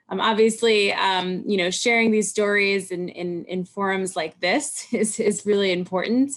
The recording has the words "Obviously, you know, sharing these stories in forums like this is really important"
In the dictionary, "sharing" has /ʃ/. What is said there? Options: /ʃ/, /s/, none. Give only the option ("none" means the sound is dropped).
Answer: /ʃ/